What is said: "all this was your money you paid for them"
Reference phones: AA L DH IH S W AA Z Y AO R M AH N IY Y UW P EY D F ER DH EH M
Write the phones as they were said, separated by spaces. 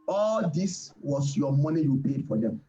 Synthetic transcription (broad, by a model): AA L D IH S W AA S Y AO M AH N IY Y UW P EY D F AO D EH M